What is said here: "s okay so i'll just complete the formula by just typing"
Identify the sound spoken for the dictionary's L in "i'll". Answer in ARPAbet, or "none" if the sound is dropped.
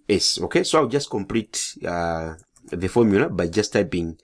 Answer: W